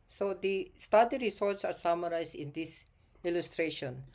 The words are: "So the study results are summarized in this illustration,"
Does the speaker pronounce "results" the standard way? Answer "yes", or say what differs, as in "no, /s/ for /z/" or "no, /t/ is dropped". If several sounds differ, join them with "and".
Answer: no, /s/ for /z/ and /l/ is dropped